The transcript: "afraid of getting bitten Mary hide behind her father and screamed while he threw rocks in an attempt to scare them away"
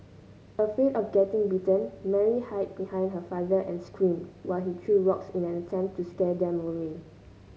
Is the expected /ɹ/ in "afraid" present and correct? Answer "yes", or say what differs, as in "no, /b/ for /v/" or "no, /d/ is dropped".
no, /ɹ/ is dropped